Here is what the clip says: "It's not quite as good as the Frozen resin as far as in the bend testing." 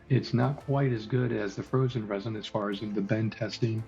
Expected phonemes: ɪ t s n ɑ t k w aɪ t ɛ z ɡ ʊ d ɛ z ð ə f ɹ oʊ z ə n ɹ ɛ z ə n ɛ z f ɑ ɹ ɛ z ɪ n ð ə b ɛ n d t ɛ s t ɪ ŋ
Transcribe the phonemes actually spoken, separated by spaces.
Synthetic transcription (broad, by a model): ɪ t s n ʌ t k w aɪ t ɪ z ɡ ʊ d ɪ z ð ə f ɹ oʊ z ə n ɹ ɛ z ə n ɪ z f ɑ ɹ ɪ z ɪ n ð ə b ɛ n t ɛ s t ɪ ŋ